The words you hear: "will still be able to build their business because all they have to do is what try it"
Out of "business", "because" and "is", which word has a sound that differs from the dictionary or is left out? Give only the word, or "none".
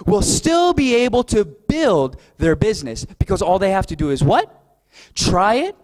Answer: none